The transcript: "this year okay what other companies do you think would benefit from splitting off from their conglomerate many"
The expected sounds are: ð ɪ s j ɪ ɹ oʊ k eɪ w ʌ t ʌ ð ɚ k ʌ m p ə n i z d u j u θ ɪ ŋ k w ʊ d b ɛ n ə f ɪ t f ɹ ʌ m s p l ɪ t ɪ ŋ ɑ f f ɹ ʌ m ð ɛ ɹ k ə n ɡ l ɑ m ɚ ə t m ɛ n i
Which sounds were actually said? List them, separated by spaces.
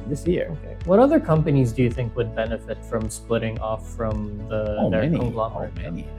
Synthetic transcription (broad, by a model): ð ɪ s j ɪ ɹ oʊ k eɪ w ʌ t ʌ ð ɚ k ʌ m p ə n i z d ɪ j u θ ɪ ŋ k w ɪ d b ɛ n ə f ɪ t f ɹ ʌ m s p l ɪ t ɪ ŋ ɑ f f ɹ ʌ m ð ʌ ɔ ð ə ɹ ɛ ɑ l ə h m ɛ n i